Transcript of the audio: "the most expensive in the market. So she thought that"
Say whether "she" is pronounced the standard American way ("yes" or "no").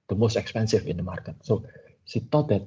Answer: no